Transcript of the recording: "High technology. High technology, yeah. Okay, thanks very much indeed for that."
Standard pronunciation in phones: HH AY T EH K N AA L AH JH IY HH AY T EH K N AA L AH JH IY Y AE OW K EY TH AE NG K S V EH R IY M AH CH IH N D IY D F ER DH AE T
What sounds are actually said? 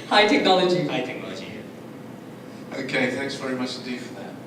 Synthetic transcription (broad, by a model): HH AY T EH K N AA L AH JH IY HH AY T EH K N AA L AH JH IY OW K EY TH AE NG K S V EH R IY M AH CH IH N D IY D F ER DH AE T